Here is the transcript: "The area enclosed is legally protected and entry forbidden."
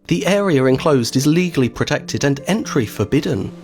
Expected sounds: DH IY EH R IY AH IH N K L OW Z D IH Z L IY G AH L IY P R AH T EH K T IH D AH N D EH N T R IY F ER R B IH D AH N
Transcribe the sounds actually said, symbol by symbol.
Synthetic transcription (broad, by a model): DH IY EH R IY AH IH N K L OW Z D IH Z L IY G AH L IY P R AH T EH K T IH D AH N EH N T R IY F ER B IH D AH N